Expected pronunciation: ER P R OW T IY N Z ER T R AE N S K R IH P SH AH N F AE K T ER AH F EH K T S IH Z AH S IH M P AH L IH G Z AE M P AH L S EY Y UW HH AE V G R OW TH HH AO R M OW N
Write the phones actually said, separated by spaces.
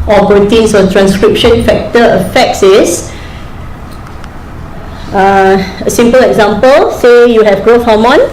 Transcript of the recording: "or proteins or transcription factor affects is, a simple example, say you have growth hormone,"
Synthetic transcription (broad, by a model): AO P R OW T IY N S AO T R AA N S K R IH P SH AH N F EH K T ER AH F EH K S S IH AH S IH M P AH L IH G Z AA M P AH L S EY Y UW HH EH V G R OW F HH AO M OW N